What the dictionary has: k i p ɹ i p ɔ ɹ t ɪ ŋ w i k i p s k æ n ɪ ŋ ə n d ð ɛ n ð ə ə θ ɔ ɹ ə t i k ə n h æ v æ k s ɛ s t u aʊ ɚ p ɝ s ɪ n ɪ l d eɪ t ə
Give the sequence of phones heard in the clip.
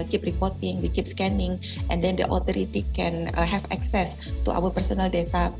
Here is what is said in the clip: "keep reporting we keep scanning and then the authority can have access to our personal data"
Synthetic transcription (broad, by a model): k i p ɹ i p ɔ ɹ t ɪ ŋ w i k i p s k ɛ n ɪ ŋ ə n d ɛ n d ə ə t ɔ ɹ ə t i k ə n h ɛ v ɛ k s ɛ s t u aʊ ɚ p ɝ s ɪ n ɪ l d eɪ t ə